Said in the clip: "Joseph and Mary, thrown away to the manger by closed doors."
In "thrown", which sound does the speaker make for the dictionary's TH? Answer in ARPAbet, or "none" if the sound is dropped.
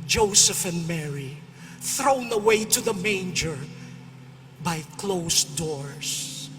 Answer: TH